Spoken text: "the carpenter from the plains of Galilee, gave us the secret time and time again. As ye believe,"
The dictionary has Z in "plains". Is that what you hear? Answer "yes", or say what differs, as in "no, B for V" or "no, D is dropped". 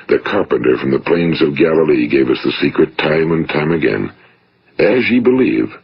yes